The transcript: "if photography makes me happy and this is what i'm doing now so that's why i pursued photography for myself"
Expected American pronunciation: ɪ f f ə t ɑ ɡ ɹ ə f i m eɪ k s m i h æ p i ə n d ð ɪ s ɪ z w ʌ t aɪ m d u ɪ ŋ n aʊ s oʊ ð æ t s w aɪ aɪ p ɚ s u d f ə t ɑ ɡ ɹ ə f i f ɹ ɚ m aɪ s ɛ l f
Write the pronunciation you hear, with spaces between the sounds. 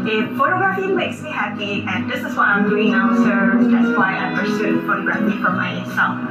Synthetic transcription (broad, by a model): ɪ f f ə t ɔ ɡ ɹ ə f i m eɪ k s m i h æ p i ə n d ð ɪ s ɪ s w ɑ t aɪ m d u ɪ ŋ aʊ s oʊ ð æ t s w aɪ aɪ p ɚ s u f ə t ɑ ɡ ɹ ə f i f ɹ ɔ m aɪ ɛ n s